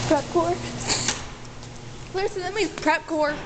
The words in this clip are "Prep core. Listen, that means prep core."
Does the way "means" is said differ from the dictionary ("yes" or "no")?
yes